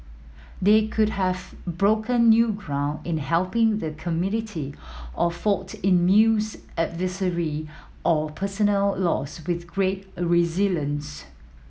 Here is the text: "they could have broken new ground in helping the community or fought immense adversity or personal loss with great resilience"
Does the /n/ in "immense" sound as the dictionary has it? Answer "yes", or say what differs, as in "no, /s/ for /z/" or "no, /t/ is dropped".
no, /n/ is dropped